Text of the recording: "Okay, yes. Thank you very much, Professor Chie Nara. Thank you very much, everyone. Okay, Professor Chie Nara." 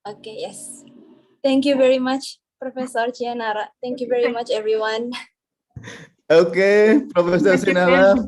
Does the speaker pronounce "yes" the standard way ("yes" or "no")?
yes